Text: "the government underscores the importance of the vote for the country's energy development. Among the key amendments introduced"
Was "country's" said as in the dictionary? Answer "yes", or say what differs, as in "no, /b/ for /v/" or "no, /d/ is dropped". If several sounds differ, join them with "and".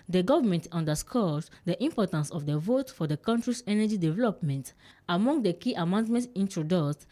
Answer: no, /s/ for /z/